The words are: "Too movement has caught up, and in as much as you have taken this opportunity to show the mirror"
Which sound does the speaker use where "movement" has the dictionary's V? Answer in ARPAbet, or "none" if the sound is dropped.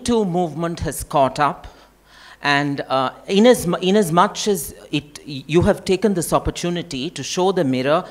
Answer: V